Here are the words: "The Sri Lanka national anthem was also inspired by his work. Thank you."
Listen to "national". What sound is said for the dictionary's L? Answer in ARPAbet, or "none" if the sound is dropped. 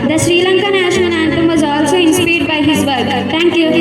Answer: N